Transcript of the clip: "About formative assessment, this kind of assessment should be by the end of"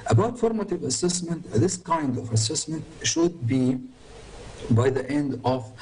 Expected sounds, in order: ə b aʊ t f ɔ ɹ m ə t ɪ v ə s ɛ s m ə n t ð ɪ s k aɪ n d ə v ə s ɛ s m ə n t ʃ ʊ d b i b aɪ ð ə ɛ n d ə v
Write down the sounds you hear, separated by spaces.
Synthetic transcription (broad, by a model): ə b aʊ t f ɔ ɹ m ə t ɪ v ə s ɛ s m ə n t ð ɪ s k aɪ n d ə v ə s ɛ s m ə n t ʃ ʊ d b i b aɪ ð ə ɛ n d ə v